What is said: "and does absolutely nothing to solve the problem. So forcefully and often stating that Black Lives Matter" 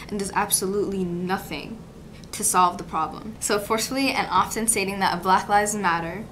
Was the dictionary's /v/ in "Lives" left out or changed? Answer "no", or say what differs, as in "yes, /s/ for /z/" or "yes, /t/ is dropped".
yes, /v/ is dropped